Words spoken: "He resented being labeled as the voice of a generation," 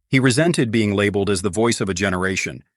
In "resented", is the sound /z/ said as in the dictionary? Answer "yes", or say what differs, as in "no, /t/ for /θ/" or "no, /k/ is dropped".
yes